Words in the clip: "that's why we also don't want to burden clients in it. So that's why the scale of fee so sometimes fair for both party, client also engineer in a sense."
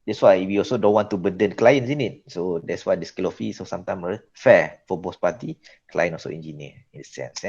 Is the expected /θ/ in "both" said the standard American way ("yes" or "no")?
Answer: no